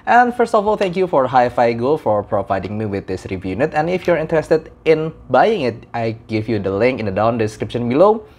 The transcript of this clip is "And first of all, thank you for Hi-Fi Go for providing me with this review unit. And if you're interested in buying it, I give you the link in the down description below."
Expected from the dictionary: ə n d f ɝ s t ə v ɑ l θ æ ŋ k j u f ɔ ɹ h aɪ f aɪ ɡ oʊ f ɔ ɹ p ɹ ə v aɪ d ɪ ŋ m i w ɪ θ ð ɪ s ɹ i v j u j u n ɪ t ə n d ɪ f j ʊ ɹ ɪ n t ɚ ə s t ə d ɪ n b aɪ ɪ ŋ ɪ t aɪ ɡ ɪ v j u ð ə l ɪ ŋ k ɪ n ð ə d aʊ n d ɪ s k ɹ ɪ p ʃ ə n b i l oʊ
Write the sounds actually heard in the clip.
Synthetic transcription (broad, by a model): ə n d f ɝ s t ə f ɑ l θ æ ŋ k j u f ɔ ɹ h aɪ f aɪ ɡ oʊ f ɔ ɹ p ɹ ə v aɪ d ɪ ŋ m i w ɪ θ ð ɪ s ɹ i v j j u n ɪ t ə n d ɪ f j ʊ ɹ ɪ n t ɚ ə s t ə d ɪ n b aɪ ɪ ŋ ɪ t aɪ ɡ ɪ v j u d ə l ɪ ŋ k ɪ n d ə d aʊ n d ɪ s k ɹ ɪ p ʃ ə n b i l oʊ